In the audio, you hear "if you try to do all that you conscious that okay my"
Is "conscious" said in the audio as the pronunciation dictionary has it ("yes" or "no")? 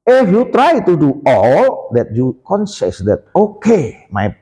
no